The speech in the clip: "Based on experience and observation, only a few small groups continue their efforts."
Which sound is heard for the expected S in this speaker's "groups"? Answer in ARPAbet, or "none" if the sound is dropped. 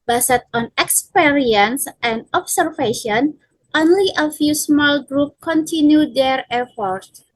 none